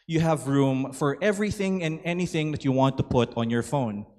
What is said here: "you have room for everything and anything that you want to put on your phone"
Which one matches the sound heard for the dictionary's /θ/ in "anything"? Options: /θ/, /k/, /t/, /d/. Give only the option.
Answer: /θ/